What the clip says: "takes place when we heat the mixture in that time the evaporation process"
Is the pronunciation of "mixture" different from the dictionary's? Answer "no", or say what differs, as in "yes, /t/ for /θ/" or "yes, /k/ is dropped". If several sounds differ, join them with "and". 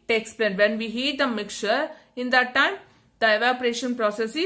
yes, /s/ is dropped